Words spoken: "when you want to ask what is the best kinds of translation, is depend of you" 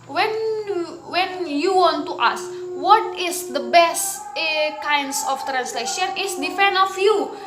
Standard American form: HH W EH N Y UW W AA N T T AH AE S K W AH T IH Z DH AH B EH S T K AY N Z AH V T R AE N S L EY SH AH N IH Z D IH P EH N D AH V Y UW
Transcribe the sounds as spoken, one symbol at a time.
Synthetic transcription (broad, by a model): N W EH N Y UW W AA N T T AH S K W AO T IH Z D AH B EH S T K AY N S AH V T R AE N S L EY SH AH N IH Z D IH F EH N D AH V Y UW